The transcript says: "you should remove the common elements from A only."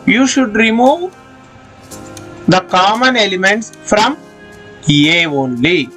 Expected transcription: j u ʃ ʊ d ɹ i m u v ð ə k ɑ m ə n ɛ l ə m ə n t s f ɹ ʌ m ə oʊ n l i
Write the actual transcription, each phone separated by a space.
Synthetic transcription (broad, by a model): j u ʃ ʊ d ɹ i m u v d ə k ɑ m ə n ɛ l ə m ə n t s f ɹ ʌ m ə oʊ n l i